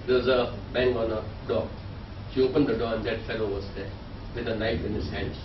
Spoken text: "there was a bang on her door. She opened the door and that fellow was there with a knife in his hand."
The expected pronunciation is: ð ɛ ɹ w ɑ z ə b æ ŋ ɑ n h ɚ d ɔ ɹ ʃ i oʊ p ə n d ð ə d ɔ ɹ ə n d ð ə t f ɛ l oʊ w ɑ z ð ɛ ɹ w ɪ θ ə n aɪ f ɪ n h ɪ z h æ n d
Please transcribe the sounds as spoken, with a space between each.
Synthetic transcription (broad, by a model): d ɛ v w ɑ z ə b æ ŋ ɑ n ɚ d ɔ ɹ ʃ i oʊ p ə n d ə d ɔ ɹ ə n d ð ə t f ɛ l oʊ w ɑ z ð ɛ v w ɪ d ə n aɪ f ɪ n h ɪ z h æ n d